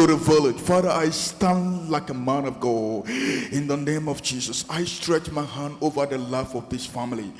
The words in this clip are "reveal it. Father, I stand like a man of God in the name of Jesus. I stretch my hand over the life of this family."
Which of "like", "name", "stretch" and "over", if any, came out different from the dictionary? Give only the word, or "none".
none